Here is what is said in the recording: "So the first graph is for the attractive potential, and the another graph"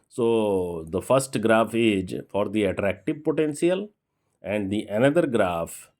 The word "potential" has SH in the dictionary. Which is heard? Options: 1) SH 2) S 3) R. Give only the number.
2